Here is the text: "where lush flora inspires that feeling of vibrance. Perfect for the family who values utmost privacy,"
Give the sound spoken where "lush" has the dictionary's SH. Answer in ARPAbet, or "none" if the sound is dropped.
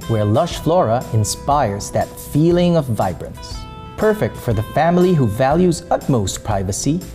SH